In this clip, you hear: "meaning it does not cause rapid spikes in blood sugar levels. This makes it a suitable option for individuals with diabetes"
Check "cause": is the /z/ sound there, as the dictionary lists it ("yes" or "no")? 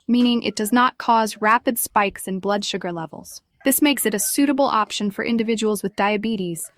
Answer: yes